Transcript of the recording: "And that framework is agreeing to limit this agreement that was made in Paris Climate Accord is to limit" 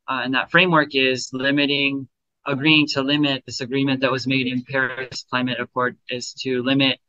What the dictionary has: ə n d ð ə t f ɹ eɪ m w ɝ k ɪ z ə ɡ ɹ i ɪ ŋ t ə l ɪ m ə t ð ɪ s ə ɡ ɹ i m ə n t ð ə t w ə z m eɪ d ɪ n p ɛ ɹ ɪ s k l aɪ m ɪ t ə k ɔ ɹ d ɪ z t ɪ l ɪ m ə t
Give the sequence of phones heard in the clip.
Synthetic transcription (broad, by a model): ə n ð ə t f ɹ eɪ m w ɝ k ɪ z ə ɡ ɹ i ɪ ŋ t ə l ɪ m ə t ð ɪ s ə ɡ ɹ i m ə n ð ə t w ə z m eɪ d ɪ n p ɛ ɹ ɪ s k l aɪ m ɪ t ə k ɔ ɹ d ɪ z t ɪ l ɪ m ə t